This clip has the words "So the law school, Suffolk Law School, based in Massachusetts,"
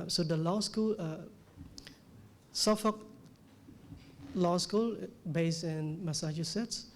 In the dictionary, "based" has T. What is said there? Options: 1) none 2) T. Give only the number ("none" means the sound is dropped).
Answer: 1